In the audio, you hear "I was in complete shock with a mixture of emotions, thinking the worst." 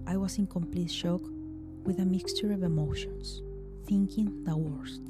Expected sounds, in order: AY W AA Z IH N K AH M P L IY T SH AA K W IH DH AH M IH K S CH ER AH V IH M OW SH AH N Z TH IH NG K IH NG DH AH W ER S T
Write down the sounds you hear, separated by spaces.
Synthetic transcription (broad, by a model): AY W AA S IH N K AH M P L IY T SH AA K W IH DH AH M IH K S CH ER AH V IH M OW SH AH N S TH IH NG K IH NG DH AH W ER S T